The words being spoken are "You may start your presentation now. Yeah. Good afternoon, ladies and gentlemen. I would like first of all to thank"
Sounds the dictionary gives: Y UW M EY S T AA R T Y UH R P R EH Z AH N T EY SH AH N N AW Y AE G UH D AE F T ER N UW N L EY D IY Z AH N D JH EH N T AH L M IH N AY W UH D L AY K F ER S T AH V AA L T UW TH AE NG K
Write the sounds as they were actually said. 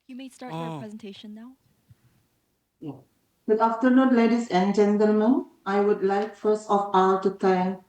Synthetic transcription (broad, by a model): Y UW M EY S T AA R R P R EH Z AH N T EY SH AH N N AW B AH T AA F T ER N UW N L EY D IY S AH N JH EH N T AH L M IH N AY W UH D L AY K F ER S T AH F AA L T UW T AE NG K